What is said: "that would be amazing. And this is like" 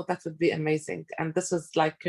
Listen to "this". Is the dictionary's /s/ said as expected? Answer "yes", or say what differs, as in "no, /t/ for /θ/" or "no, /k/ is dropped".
yes